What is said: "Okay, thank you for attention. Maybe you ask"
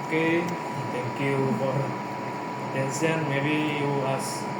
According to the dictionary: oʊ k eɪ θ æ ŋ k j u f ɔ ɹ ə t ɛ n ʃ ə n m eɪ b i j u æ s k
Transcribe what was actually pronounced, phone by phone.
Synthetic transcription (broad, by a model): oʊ k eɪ t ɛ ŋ k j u f ɔ ɹ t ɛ n s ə n m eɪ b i j u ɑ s